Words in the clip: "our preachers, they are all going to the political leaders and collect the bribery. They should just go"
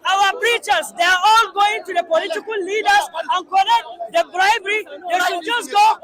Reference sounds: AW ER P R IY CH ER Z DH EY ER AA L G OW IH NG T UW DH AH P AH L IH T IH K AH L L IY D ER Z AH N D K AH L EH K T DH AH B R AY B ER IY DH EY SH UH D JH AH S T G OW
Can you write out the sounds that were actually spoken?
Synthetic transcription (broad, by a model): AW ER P R IY CH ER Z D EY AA AA L G OW IH NG T UW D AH P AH L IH T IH K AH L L IY D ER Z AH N K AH N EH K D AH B R AY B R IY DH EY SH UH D JH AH S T G OW